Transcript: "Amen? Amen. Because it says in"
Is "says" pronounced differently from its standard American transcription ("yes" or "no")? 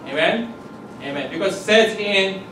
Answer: yes